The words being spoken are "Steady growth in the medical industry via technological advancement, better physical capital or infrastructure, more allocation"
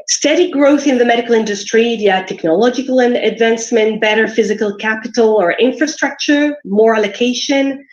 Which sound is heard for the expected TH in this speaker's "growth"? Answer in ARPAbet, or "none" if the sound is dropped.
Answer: TH